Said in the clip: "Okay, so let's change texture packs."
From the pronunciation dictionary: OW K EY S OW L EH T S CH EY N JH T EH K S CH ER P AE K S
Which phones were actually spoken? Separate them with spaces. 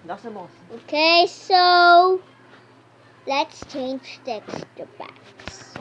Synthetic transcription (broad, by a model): OW K EY S OW L EH T S CH EY N JH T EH K S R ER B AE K S